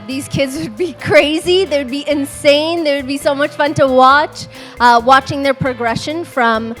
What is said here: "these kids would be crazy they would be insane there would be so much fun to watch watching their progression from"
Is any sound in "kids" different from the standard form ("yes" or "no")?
no